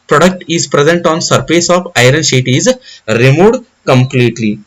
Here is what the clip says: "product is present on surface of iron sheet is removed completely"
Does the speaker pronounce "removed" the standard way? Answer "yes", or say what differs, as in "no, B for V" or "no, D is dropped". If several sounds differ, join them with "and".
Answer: no, V is dropped